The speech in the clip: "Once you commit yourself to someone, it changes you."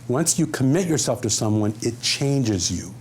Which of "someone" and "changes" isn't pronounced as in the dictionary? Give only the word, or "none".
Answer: none